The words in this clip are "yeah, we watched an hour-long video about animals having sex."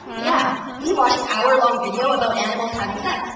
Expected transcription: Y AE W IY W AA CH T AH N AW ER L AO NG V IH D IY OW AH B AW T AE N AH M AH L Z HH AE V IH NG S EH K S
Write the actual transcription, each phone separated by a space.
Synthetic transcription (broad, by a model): Y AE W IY W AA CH AH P AW ER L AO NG V IH D IY OW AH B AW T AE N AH M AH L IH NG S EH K